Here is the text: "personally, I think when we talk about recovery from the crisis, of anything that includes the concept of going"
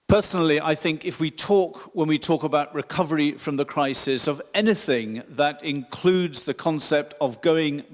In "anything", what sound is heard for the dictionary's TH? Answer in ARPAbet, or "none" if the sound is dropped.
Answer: TH